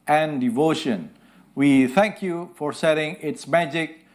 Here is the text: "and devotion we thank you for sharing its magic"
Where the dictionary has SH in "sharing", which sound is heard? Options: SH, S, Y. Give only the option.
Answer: S